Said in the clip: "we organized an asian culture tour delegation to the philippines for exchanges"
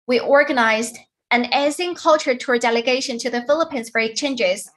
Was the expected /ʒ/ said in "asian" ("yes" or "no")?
no